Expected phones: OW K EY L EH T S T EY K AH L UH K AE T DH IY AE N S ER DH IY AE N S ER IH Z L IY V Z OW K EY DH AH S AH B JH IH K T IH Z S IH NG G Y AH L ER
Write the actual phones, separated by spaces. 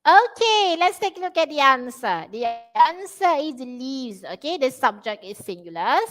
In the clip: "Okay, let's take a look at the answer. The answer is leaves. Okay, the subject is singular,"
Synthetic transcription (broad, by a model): OW K EY L EH T S T EY K AH L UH K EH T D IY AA N S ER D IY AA N S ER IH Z L IY Z OW K EY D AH S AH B JH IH K T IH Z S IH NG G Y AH L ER